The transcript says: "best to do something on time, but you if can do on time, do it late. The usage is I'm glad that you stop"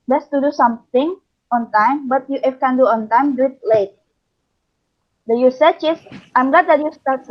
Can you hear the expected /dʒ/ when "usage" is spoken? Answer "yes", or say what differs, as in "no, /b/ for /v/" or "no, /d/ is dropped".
no, /tʃ/ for /dʒ/